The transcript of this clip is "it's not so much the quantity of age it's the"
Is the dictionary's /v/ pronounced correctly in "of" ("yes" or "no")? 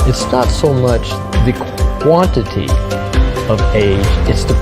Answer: yes